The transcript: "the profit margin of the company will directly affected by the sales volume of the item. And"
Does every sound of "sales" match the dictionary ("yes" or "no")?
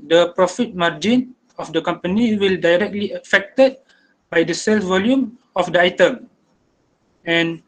no